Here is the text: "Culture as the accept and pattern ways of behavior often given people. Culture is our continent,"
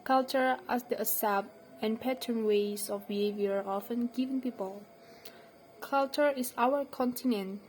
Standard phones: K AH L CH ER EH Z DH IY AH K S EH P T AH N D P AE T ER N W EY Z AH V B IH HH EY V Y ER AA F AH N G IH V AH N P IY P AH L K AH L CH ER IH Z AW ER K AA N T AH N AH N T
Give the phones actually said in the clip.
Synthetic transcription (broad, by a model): K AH L CH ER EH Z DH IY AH S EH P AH N P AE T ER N W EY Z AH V B IH HH EY V Y ER AA F AH N G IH V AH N P IY P AH L K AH L CH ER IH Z AW ER K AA N T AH N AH N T